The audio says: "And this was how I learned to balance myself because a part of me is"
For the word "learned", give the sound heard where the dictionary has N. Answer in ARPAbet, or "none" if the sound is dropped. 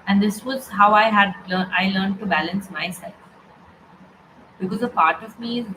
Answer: L